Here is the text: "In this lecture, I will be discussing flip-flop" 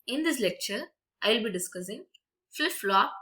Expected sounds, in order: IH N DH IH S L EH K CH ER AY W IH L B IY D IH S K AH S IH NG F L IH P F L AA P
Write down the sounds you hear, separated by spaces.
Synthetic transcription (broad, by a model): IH N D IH S L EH K CH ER AY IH L B IY D IH S K AH S IH NG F IH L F L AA